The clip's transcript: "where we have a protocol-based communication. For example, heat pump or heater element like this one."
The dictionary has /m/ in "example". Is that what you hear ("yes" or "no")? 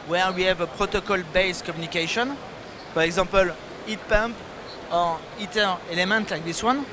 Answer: no